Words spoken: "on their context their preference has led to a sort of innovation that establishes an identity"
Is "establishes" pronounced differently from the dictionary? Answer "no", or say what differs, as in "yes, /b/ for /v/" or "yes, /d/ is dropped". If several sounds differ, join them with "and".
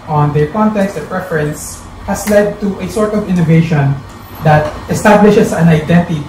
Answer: yes, /s/ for /z/